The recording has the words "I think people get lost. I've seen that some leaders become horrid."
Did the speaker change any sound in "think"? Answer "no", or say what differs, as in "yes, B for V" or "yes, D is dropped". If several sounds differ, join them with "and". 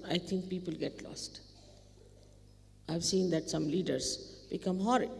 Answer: yes, T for TH